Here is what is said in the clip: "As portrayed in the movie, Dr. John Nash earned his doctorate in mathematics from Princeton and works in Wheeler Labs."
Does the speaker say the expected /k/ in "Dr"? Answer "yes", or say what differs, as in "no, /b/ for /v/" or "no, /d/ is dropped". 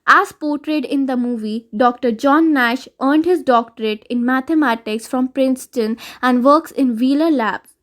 yes